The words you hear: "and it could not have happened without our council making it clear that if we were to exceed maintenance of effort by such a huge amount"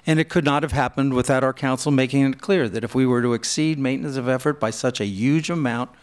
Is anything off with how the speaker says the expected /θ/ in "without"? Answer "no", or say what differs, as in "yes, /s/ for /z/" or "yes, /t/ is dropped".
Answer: no